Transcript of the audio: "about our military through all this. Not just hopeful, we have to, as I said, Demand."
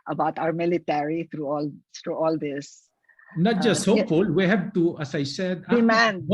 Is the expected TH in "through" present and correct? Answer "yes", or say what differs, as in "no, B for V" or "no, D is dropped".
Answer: no, T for TH